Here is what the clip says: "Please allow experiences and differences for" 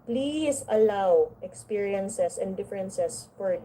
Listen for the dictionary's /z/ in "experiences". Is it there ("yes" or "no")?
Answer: no